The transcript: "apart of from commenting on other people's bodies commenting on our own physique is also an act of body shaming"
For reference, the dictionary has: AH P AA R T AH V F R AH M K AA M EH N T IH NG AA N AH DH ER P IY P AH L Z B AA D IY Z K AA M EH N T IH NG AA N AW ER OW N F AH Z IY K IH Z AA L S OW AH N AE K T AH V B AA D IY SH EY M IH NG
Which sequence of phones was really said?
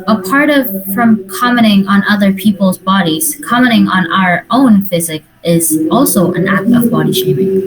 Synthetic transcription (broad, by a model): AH P AA R T AH V F R AH M K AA M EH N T IH NG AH N AH DH ER P IY P L Z B AA D IY Z K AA M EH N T IH NG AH N AW ER OW N F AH Z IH K IH Z AA L S OW AH N AE K T AH V B AA D IY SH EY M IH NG